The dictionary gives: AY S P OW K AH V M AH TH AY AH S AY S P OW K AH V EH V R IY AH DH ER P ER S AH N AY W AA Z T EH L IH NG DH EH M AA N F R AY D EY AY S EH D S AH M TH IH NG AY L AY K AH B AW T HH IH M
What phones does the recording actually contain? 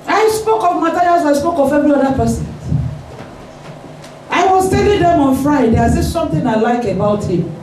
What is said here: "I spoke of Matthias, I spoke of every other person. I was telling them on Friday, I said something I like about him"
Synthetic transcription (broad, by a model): AY S P OW K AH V M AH T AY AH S AY S P OW K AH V EH V R IY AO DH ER P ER S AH N AY W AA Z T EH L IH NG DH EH M AA N F R AY D EY AY S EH S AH M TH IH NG AY L AY K AH B AW T HH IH M